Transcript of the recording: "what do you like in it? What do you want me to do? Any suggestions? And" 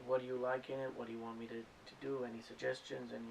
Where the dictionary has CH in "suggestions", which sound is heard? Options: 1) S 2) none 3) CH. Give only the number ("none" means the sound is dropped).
3